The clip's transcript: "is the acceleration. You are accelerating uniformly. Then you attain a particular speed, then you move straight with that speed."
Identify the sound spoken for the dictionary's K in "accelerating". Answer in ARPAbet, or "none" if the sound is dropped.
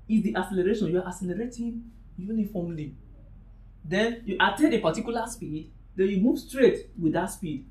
none